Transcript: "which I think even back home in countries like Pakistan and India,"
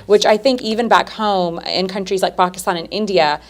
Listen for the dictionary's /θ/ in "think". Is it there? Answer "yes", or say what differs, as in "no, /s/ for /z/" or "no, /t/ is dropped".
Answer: yes